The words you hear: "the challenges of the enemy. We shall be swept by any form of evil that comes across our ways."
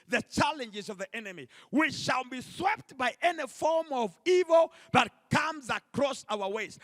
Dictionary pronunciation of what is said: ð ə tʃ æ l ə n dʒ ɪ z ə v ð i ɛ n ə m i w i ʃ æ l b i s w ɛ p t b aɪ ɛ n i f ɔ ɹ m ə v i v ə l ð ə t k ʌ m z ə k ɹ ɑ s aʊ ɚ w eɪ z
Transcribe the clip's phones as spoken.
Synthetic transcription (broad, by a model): ð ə tʃ æ l ə n dʒ ɪ z ə v ð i ɛ n ə m i w i ʃ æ l b i s w ɛ p t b aɪ ɛ n i f ɔ ɹ m ə v i v ə l ð ə t k ʌ m z ə k ɹ ɑ s aʊ ɚ w eɪ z